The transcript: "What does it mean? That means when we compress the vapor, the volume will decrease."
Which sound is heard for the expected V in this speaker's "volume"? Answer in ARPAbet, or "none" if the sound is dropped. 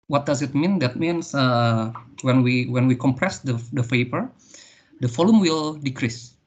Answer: F